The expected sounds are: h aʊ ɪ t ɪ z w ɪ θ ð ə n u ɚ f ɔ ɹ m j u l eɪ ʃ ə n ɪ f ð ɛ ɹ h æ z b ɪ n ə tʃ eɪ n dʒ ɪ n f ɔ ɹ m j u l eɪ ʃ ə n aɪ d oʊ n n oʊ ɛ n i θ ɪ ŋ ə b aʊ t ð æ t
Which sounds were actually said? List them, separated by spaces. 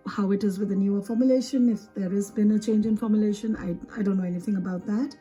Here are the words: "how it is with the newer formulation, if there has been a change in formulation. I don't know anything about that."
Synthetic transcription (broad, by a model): h aʊ ɪ t ɪ z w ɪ ð ə n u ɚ f ɔ ɹ m j u l eɪ ʃ ə n ɪ f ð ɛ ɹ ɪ z b ɪ n ə tʃ eɪ n dʒ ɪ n f ɔ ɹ m j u l eɪ ʃ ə n aɪ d oʊ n n oʊ ɛ n i θ ɪ ŋ ə b aʊ t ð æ t